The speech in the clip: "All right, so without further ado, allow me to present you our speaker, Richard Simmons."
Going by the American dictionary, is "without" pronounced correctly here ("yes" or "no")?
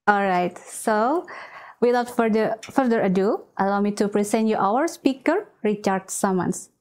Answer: no